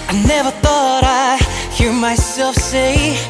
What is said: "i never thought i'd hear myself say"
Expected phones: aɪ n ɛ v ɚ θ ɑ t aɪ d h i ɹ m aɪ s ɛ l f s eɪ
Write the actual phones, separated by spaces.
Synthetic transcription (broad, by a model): aɪ n ɛ v ɚ θ ɑ t aɪ h i ɹ m aɪ s ɛ l f s eɪ